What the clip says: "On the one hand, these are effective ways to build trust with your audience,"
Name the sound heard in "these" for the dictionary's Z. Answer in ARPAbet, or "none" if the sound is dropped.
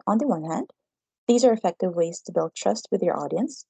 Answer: Z